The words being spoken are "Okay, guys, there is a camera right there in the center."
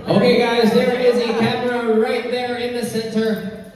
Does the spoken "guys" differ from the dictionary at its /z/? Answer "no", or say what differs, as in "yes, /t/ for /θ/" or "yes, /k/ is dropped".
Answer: no